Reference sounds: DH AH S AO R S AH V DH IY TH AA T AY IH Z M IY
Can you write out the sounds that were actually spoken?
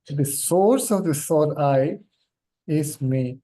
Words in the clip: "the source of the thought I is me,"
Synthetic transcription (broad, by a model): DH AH S AO R S AH V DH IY S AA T AY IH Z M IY